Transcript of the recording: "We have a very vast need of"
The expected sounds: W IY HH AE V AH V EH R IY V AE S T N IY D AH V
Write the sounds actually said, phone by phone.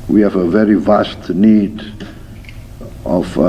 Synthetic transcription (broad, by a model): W IY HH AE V AH V EH R IY V AE S T N IY D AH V